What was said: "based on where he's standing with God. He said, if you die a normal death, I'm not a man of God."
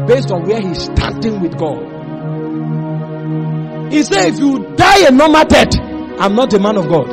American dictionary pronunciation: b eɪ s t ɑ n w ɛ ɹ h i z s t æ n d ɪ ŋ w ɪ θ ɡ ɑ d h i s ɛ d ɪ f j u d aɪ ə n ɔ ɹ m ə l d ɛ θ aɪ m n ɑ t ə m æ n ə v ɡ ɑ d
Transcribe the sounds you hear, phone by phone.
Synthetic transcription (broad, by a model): b eɪ s t ɑ n w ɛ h i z s t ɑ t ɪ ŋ w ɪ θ ɡ ɑ d h i s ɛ ɪ f j u d aɪ ə n ɔ m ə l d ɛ t aɪ m n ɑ t ə m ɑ n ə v ɡ ɑ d